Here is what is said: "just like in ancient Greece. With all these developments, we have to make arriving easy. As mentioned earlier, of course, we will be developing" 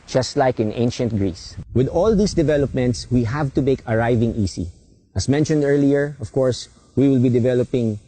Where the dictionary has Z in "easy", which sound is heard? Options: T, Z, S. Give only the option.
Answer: S